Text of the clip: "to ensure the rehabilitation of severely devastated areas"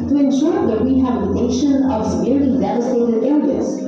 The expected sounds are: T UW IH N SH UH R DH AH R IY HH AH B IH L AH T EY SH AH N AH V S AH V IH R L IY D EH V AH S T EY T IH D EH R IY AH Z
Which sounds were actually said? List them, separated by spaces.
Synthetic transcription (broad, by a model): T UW IH N SH UH R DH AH W IY HH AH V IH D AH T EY SH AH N AH V S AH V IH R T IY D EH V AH S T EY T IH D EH R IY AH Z